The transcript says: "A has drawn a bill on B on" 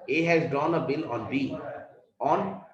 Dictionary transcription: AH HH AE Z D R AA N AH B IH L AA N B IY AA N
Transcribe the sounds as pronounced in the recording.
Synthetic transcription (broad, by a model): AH HH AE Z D AA N AH B IH L AA N B IY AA N